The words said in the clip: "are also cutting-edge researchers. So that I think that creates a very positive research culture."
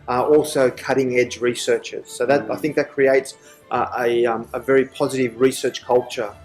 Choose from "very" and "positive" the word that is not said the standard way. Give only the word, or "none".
none